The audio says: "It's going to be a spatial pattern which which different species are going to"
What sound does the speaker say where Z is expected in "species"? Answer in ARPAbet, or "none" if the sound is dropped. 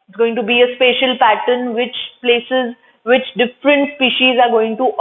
Z